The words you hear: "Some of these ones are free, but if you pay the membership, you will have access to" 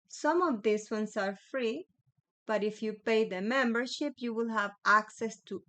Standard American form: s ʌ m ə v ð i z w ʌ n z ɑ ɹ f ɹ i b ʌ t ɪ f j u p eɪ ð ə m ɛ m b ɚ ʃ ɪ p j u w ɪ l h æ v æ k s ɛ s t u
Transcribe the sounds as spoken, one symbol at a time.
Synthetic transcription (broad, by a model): s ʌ m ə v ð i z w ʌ n s ɑ ɹ f ɹ i b ʌ t ɪ f j u p eɪ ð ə m ɛ m b ɚ ʃ ɪ p j u w ɪ l h æ v æ k s ɛ s t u